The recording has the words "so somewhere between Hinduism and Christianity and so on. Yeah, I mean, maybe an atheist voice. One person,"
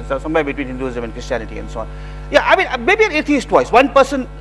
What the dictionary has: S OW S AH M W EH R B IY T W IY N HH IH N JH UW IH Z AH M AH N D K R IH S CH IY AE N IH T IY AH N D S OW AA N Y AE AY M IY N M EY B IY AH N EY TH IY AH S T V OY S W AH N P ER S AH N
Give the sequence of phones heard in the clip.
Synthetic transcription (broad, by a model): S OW S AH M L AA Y B IY T W IY N HH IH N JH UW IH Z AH M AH N K R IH S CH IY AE N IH T IY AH N S OW AA N Y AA AY M IY N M EY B IY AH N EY T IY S T W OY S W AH N P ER S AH N